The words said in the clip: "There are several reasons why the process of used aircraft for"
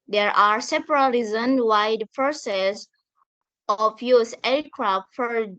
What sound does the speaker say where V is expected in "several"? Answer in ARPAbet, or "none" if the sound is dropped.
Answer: P